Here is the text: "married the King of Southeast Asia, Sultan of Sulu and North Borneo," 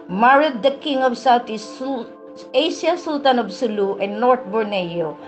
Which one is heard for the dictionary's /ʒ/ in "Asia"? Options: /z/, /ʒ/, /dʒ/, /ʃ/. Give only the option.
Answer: /ʃ/